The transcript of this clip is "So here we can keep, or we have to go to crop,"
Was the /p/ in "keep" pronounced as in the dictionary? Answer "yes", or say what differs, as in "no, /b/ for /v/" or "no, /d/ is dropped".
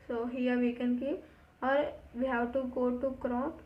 no, /p/ is dropped